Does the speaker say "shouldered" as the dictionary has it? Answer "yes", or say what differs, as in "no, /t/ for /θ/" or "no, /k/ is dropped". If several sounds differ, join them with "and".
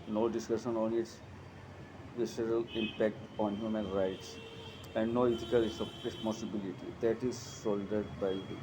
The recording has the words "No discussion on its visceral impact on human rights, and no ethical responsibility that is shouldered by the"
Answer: no, /s/ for /ʃ/